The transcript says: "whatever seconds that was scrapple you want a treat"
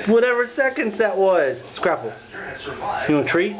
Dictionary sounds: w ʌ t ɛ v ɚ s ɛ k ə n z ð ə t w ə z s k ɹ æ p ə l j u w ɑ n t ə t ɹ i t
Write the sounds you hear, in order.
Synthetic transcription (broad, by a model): w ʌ t ɛ v ɚ s ɛ k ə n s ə t w ə z s k ɹ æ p l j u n ə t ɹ i